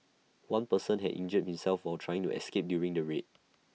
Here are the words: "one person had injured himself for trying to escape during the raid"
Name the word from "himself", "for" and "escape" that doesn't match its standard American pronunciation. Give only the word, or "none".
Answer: for